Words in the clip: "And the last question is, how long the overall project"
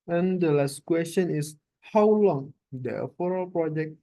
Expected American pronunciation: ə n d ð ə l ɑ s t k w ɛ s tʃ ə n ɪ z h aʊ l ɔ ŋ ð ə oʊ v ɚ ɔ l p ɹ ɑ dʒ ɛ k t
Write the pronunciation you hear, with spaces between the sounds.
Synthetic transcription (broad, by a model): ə n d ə l ɑ s t k w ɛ s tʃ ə n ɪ s h aʊ l ɔ ŋ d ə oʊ f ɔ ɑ l p ɹ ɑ dʒ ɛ k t